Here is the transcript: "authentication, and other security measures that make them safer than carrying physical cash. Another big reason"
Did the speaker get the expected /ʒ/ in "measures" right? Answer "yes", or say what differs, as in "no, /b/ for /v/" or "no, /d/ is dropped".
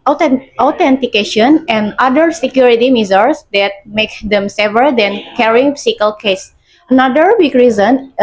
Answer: no, /z/ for /ʒ/